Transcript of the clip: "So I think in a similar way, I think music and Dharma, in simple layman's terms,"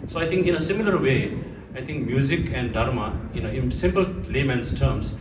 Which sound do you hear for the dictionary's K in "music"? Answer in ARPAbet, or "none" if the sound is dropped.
K